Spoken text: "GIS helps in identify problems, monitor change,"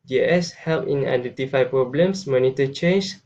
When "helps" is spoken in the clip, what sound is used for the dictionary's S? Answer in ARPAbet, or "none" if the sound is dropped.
none